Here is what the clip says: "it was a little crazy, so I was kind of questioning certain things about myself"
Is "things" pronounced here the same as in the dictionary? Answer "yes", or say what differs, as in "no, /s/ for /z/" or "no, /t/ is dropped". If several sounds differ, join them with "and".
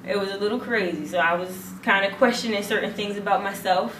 yes